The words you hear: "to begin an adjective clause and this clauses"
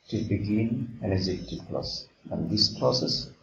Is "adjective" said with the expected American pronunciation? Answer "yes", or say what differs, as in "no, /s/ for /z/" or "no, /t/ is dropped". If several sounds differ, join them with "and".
no, /z/ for /dʒ/